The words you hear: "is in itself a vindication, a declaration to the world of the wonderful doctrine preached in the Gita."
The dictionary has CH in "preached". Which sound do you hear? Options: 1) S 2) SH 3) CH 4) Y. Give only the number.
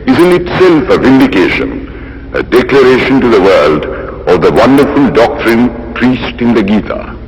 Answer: 1